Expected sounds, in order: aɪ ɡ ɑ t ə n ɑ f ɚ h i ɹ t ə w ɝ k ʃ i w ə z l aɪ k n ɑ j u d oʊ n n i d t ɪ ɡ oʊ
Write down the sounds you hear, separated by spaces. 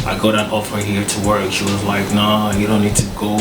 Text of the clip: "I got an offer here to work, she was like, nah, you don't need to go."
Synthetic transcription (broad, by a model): aɪ ɡ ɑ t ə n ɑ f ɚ h i ɹ t ə w ɝ k ʃ i w ə z l aɪ k n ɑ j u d oʊ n n i d t ɪ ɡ oʊ